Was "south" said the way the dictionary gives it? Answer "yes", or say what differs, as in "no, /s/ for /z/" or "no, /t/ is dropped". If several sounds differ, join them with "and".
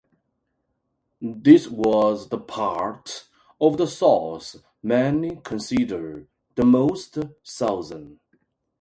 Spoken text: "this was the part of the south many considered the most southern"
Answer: no, /s/ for /θ/